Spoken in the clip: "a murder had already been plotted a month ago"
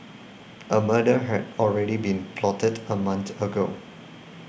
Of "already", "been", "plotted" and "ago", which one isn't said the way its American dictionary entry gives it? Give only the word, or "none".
none